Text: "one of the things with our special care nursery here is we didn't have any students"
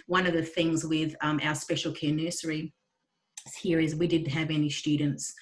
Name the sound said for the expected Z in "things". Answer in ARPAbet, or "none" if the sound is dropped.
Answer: Z